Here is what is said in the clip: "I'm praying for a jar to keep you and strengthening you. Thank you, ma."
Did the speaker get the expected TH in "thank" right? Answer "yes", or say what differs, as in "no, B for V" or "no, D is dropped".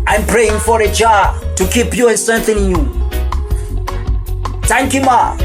no, T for TH